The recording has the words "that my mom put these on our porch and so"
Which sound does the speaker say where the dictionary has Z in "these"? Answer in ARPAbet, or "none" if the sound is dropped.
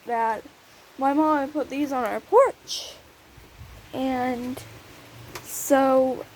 Z